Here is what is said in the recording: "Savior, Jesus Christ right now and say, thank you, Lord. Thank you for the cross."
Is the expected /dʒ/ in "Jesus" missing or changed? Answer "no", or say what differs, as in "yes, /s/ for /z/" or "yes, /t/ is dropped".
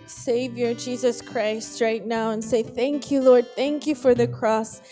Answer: no